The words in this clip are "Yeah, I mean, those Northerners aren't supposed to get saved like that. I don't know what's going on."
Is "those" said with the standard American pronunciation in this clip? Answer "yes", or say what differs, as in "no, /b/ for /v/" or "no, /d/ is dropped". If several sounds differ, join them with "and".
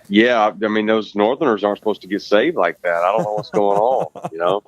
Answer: yes